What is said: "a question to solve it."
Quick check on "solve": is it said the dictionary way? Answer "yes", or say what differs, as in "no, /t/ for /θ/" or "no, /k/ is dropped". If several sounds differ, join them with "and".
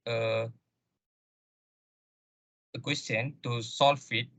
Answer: no, /f/ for /v/